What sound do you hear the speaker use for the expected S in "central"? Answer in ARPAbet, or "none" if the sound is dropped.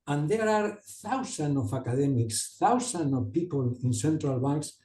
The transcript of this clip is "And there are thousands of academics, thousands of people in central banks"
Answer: S